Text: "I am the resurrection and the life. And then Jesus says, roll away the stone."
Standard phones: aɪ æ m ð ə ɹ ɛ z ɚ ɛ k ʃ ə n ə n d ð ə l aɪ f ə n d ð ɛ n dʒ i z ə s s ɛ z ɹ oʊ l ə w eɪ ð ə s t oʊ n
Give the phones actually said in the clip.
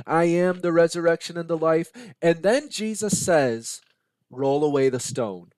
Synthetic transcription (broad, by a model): aɪ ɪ m ð ə ɹ ɛ z ɚ ɛ k ʃ ə n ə n ð ə l aɪ f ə n ð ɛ n dʒ i z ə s s ɛ z ɹ oʊ l ə w eɪ ð ə s t oʊ n